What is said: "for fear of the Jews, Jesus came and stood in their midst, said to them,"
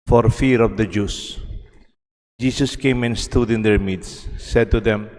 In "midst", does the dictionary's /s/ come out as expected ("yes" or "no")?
no